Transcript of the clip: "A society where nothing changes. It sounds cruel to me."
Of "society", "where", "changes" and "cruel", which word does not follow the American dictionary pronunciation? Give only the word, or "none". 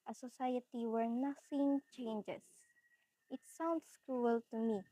changes